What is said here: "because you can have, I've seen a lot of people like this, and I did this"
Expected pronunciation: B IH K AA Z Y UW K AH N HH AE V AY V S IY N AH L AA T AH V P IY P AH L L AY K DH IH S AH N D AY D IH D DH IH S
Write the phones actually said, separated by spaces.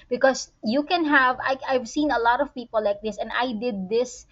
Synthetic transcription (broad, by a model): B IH K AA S Y UW K AH N HH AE V AY V S IY N AH L AA T AH V P IY P AH L L AY K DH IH S AH N D AY D IH D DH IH S